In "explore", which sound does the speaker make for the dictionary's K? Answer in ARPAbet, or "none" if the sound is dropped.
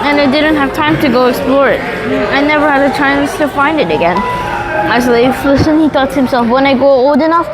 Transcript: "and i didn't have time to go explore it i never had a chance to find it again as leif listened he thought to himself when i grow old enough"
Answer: K